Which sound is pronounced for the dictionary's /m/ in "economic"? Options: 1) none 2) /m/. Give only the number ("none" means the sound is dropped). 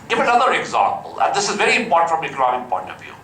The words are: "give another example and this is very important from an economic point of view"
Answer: 1